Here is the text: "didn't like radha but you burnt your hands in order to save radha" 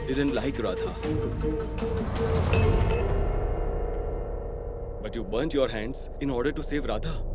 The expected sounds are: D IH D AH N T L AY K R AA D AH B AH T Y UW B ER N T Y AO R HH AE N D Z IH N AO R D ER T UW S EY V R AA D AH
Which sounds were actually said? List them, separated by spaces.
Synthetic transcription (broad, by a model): D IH D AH N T L AY K R AA D AH B AH T Y UW B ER N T Y AO R HH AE N D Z IH N AO R D ER T UW S EY V R AA D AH